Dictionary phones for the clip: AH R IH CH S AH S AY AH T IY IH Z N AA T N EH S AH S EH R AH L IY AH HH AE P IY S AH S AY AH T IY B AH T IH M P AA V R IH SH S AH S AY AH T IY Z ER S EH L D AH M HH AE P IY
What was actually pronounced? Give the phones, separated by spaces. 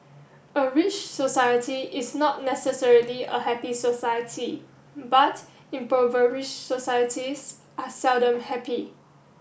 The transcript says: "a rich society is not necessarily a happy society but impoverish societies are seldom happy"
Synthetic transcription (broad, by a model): AH R IH CH S AH S AY AH T IY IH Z N AA T N EH S AH S EH R AH L IY AH HH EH P IY S AH S AY AH T IY B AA T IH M P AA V R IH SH S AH S AY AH T IY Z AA S EH L D AH M HH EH P IY